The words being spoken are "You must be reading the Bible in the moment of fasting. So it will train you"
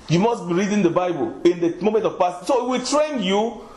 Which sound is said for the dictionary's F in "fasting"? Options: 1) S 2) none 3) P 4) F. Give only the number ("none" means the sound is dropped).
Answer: 3